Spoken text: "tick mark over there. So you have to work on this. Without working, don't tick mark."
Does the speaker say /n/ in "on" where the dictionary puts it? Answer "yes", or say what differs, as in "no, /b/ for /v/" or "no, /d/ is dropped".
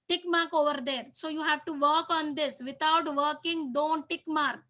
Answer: yes